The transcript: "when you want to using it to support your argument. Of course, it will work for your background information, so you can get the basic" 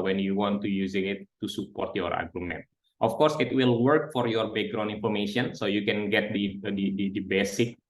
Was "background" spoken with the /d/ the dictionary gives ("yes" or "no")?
no